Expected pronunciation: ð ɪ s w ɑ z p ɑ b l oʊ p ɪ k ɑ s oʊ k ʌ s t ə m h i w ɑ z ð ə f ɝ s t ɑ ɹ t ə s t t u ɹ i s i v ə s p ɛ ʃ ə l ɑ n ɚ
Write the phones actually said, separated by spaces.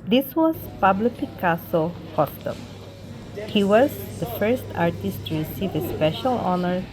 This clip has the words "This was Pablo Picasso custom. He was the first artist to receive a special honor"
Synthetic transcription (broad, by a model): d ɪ s w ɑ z p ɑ b l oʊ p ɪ k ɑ s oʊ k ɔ t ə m h i w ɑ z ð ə f ɝ s t ɑ ɹ t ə s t t u ɹ i s i v ə s p ɛ ʃ ə l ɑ n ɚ